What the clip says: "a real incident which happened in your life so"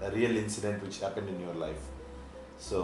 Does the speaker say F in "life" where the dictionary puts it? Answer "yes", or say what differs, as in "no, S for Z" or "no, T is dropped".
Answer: yes